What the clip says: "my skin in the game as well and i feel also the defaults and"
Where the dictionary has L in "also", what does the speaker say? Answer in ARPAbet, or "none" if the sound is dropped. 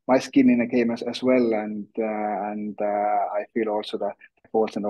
L